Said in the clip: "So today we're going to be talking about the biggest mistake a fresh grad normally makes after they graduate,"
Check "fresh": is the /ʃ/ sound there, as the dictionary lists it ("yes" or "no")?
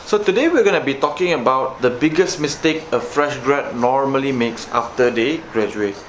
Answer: yes